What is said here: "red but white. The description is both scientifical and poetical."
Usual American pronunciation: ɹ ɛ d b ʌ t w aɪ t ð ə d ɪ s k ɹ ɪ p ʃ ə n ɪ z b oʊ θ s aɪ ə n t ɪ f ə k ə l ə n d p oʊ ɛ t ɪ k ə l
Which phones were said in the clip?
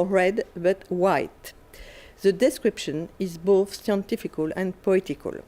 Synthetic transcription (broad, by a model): ɹ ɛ d b ʌ t w aɪ t ð ə d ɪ s k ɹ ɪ p ʃ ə n ɪ z b oʊ θ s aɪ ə n t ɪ f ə k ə l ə n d p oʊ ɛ t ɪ k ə l